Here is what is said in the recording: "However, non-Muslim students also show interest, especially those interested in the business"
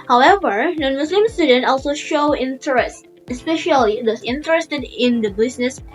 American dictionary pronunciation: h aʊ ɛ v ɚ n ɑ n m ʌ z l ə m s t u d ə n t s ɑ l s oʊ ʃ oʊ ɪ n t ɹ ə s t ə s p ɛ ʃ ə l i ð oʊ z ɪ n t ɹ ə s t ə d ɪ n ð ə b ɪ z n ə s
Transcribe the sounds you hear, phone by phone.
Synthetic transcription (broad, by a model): h aʊ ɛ v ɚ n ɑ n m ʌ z l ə m s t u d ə n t ɑ l s oʊ ʃ oʊ ɪ n t ɹ ə s t ə s p ɛ ʃ ə l i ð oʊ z ɪ n t ɹ ə s t ə d ɪ n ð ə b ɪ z n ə s